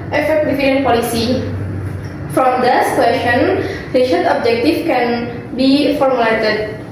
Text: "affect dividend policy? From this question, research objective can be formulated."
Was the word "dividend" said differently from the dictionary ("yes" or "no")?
yes